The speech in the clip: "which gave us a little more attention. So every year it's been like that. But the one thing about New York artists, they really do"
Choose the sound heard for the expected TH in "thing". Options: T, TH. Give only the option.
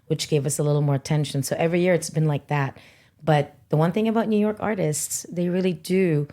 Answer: TH